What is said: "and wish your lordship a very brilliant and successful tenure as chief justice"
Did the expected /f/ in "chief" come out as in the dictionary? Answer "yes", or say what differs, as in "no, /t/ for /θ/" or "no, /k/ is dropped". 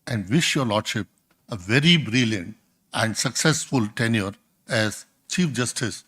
yes